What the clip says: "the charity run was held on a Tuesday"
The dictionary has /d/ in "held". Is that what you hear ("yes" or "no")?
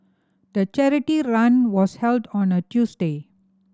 yes